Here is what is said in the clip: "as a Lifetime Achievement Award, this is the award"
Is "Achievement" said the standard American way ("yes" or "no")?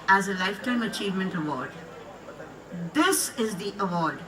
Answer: yes